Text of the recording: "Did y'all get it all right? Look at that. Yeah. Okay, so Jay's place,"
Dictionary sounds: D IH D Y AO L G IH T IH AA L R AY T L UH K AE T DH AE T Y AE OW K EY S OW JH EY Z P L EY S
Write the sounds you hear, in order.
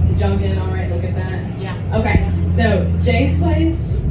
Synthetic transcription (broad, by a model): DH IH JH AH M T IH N AA L R AY T L UH K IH T DH AE T Y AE OW K EY S OW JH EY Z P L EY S